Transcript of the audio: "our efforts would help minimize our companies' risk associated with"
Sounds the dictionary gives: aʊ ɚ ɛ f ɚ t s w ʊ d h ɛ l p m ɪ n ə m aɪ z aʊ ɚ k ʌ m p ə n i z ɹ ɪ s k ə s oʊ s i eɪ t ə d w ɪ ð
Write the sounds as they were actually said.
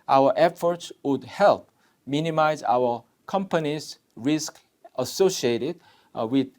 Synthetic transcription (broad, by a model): aʊ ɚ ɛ f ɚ t s w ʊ d h ɛ l p m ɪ n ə m aɪ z aʊ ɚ k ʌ m p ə n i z ɹ ɪ s k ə s oʊ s i eɪ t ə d w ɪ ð